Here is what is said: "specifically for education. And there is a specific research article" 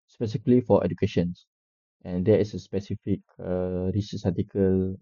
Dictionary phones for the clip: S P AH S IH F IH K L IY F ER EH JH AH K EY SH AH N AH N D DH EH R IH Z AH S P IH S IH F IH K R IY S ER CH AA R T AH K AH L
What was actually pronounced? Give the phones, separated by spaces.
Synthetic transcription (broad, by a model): S P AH S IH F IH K L IY F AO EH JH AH K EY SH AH N AH N D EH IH S AH S P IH S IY F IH K R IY S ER S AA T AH K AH L